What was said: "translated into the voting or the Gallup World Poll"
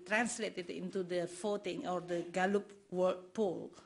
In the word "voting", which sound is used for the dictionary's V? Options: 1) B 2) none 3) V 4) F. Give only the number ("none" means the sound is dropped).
4